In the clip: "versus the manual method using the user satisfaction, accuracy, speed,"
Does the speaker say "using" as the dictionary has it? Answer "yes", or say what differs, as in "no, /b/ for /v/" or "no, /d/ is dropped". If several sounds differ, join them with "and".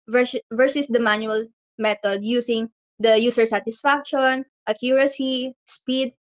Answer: no, /s/ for /z/